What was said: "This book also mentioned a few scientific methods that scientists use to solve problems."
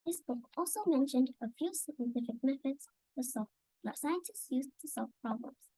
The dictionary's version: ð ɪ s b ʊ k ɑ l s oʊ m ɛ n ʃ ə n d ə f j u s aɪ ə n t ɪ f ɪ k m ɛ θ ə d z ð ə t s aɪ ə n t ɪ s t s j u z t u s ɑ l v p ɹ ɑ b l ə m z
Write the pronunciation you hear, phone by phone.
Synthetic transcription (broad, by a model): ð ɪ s b ʊ k ɑ l s oʊ m ɛ n ʃ ə n d ə f j u s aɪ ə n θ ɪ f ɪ k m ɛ f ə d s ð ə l s aɪ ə n t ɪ s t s j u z t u s ɑ l v p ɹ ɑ b l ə m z